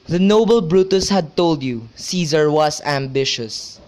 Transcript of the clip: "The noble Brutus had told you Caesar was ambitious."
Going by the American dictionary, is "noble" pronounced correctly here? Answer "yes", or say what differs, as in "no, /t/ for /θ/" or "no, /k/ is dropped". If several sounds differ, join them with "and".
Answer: yes